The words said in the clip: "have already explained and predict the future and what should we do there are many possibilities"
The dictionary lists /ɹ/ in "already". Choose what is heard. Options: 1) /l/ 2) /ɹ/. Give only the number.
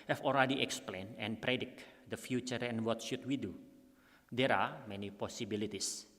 1